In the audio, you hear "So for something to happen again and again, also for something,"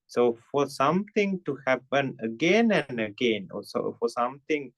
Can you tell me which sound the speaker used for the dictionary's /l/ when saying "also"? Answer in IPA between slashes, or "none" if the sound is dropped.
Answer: none